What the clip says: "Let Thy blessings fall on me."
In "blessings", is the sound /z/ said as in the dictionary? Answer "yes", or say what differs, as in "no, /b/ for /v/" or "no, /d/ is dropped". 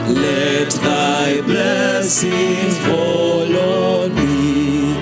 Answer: no, /z/ is dropped